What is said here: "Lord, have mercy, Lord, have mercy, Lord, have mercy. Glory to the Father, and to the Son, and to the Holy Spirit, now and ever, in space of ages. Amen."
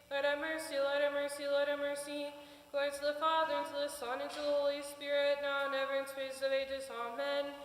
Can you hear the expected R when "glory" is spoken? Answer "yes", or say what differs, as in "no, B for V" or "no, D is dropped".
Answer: no, R is dropped